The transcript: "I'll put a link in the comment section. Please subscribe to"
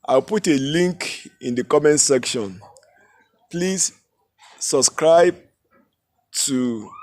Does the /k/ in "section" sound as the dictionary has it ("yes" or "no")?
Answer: yes